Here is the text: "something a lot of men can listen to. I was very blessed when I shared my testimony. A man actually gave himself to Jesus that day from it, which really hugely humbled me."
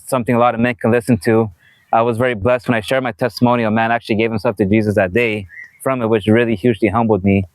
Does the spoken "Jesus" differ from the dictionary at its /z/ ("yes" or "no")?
no